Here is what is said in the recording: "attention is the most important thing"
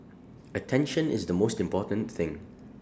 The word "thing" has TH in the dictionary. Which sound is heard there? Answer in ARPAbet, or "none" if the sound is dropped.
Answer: TH